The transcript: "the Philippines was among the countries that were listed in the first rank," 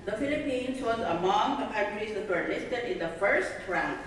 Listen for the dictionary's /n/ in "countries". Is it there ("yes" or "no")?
no